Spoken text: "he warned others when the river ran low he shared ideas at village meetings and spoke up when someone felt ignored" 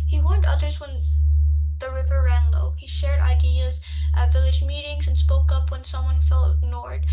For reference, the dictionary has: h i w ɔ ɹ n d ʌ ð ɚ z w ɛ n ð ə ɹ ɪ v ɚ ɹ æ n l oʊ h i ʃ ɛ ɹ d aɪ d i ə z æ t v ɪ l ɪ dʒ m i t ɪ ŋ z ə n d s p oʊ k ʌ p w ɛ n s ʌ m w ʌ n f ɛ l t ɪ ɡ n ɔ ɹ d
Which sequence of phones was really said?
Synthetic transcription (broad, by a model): h i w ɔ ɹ n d ʌ ð ɚ z w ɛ n ð ə ɹ ɪ v ɚ ɹ æ n l oʊ h i ʃ ɛ ɹ d aɪ d i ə z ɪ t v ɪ l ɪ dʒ m i t ɪ ŋ z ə n s p oʊ k ʌ p w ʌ n s ʌ m w ʌ n f ɛ l t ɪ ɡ n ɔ ɹ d